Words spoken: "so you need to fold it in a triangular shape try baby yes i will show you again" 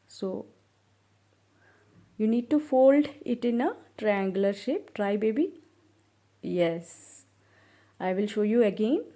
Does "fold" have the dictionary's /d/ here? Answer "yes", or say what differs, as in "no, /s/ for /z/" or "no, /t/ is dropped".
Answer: yes